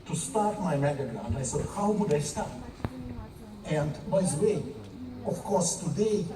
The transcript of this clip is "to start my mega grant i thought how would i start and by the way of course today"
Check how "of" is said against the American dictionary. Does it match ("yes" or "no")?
no